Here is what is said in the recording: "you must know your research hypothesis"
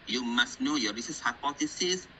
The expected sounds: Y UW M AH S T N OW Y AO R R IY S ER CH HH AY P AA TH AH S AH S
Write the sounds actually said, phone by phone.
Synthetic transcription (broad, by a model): Y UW M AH S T N OW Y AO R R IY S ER S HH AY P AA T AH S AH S